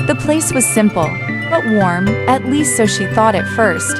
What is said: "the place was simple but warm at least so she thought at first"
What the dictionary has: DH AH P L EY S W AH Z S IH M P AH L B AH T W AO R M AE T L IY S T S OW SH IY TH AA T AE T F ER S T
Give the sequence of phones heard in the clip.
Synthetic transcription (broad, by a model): DH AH P L EY S W AH Z S IH M P L B AH T W AO R M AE T L IY S T S OW SH IY TH AA T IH T F ER S T